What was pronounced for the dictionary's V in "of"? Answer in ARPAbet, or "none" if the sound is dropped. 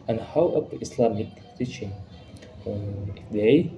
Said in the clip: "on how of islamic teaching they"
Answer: P